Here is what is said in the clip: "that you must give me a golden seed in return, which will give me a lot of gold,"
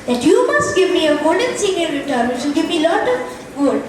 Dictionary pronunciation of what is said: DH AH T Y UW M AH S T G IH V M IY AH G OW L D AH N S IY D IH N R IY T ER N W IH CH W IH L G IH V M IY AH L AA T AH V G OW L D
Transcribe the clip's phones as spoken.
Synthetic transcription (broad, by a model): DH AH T Y UW M AH S T G IH V M IY AH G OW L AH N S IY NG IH L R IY T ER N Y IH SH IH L G IH V M IY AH L AA T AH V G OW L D